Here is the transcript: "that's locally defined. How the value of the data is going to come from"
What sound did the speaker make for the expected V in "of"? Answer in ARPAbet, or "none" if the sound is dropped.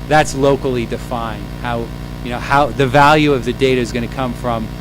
V